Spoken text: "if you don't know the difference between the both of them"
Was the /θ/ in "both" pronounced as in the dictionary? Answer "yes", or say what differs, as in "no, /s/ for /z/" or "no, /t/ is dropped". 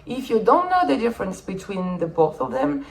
yes